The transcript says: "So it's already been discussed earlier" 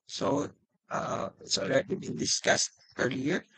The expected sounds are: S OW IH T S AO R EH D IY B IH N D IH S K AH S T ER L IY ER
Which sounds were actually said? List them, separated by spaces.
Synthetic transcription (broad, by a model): S OW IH S AO L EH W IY B IH N D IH S K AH S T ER L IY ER